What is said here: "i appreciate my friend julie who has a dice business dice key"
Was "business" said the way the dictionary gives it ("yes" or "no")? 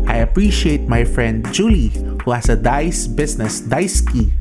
no